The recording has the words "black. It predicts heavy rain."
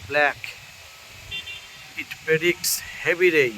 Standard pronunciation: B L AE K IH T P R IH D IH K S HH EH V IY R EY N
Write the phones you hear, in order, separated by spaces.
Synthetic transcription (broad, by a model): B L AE K IH T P IH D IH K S HH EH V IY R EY